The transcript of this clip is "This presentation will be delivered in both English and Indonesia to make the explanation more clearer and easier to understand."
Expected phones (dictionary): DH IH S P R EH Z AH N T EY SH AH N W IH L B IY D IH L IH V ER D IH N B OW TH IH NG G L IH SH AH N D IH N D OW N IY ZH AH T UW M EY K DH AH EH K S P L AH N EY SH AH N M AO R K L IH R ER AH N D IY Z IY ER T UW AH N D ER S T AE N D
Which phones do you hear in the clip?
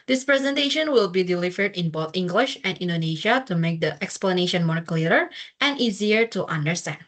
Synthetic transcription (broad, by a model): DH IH S P R EH Z AH N T EY SH AH N W IH L B IY D IH L IH V ER D IH N B OW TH IH NG G L IH SH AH N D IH N D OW N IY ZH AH T UW M EY K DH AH EH K S P L AH N EY SH AH N M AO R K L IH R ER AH N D IY Z IY ER T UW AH N D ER S T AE N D